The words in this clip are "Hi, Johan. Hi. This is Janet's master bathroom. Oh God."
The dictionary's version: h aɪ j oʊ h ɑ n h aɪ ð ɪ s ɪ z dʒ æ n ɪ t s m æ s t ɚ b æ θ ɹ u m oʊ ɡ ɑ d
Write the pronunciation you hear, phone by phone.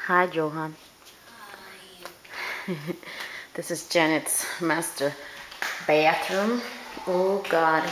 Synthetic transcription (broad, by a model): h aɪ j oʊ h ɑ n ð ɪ s ɪ z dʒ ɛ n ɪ t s m æ s t ɚ b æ t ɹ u m oʊ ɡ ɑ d